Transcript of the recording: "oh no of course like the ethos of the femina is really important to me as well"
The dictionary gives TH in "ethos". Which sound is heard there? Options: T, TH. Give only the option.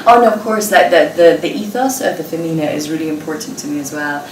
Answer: TH